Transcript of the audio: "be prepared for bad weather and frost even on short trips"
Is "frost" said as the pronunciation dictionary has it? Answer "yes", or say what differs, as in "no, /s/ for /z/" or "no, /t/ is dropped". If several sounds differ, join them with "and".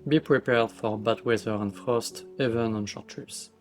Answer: yes